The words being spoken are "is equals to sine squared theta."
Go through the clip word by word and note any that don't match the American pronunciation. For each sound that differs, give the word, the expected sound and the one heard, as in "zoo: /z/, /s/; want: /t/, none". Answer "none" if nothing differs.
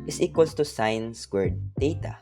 equals: /z/, /s/; squared: /k/, none